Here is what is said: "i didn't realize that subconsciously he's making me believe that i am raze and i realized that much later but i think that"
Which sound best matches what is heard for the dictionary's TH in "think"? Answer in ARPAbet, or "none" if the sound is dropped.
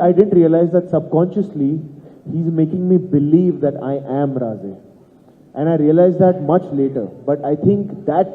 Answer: T